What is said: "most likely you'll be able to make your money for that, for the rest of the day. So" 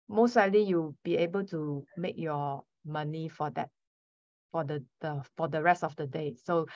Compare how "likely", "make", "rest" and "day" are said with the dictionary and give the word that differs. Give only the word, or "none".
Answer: likely